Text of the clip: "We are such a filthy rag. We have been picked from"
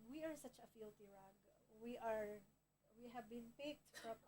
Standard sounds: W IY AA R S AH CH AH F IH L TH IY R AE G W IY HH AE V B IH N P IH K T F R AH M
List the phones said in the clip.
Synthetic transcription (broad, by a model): W IY AA R S AH CH AH F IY L T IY R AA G W IY HH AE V B IH N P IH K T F R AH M